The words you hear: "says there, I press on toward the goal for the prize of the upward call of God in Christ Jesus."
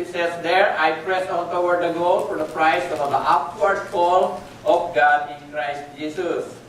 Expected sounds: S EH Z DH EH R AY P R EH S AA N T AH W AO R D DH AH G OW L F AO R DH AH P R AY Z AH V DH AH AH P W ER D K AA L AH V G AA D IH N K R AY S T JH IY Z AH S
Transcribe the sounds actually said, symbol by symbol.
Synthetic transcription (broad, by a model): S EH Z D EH R AY P R EH S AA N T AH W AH R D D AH G OW L F AO R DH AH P R AY S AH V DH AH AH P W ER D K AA L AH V G AA D IH N K R AY S T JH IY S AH S